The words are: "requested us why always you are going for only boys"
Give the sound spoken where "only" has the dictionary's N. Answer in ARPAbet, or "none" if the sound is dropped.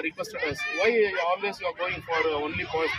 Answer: N